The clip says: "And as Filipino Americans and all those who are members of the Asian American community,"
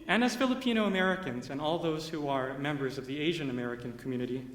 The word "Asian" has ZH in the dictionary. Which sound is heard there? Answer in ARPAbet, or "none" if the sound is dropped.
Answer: ZH